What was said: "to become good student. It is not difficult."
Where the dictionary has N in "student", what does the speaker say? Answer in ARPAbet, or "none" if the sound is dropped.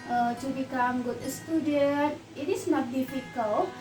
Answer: none